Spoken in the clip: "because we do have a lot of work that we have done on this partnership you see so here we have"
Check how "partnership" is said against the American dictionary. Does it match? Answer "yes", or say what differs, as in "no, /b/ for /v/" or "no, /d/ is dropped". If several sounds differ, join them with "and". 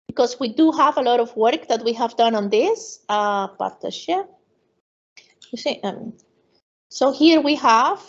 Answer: no, /n/ is dropped